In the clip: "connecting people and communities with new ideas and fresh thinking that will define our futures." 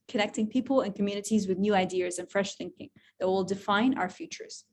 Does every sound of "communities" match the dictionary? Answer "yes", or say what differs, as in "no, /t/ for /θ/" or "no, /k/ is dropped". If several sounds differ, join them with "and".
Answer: yes